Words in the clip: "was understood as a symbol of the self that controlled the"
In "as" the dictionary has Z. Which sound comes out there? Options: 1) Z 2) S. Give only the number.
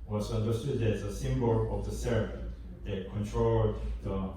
2